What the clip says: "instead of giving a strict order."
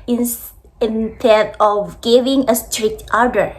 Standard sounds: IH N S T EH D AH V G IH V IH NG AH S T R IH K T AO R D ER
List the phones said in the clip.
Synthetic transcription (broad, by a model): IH N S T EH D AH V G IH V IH NG AH S T R IH K T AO R D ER